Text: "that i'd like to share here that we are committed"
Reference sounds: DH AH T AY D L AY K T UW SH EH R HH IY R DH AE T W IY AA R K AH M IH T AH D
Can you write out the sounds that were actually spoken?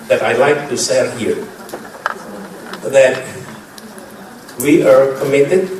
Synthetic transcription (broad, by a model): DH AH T AY L AY K T UW S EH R HH IY R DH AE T W IY AA R K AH M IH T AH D